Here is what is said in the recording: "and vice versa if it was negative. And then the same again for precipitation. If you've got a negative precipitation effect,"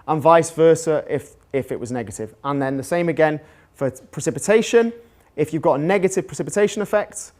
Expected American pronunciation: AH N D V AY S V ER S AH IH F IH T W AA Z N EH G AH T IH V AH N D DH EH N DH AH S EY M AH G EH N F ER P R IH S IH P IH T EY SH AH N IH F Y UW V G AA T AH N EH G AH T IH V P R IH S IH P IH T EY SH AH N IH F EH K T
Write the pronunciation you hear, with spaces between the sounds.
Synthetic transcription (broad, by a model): AH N V AY S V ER S AH IH F IH T W AA Z N EH G AH T IH V AH N DH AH N DH AH S EY M AH G EH N F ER P R IH S IH P IH T EY SH AH N IH F Y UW V G AA T AH N EH G AH T IH V P R IH S IH P IH T EY SH AH N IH F EH K T